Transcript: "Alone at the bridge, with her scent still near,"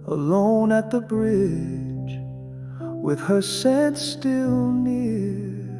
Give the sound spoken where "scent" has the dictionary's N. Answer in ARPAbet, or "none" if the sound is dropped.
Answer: none